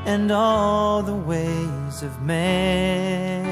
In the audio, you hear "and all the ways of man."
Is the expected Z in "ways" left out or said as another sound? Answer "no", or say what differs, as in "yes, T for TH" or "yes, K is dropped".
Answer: no